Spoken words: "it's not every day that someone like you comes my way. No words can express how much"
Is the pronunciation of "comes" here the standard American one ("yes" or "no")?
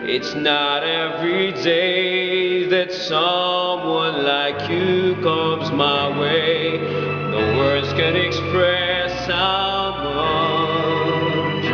yes